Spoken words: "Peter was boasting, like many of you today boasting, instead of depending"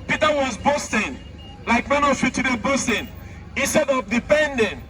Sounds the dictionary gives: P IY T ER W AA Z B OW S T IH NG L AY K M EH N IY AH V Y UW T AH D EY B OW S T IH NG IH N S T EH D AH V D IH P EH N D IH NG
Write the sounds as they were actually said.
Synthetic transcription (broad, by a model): P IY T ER W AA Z B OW S T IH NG L AY K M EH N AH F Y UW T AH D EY B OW S T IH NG IH N S T EH D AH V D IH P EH N D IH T